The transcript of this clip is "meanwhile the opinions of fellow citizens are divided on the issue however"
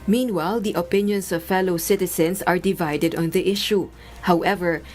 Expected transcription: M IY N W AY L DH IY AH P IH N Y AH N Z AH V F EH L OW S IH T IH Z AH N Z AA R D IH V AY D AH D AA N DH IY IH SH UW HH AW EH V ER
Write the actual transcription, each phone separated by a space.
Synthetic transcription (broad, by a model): M IY N W AY L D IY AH P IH N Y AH N S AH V F EH L OW S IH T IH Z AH N S AA R D IH V AY D AH D AA N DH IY IH SH UW HH AW EH V ER